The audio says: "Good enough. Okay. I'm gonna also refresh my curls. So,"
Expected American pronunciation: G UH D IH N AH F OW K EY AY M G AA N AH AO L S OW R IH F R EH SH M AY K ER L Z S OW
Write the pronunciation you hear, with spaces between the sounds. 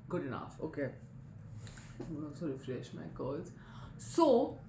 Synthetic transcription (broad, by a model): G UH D IH N AH F OW K EY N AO S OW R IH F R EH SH M AY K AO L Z S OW